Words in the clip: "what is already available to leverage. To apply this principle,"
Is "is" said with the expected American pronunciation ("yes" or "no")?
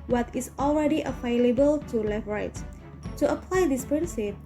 no